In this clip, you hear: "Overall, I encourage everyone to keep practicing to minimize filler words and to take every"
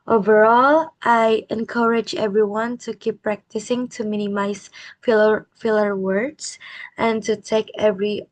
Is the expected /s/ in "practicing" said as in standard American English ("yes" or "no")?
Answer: yes